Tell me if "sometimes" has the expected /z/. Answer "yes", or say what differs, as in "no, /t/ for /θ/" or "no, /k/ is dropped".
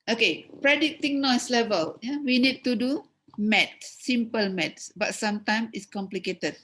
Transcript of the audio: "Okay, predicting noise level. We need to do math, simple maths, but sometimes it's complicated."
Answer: no, /z/ is dropped